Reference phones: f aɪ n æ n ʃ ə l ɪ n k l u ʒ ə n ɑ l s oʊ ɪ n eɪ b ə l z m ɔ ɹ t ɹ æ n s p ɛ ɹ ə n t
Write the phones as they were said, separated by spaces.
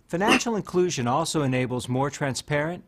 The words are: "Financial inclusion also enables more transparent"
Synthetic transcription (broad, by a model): f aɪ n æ n ʃ l ɪ n k l u ʒ ə n ɑ l s oʊ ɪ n eɪ b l z m ɔ ɹ t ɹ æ n s p ɛ ɹ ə n t